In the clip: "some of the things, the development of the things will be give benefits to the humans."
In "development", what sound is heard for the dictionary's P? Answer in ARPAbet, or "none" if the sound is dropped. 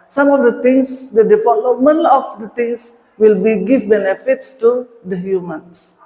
none